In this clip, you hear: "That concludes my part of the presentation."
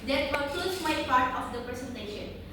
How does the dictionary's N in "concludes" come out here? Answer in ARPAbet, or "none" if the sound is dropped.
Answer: none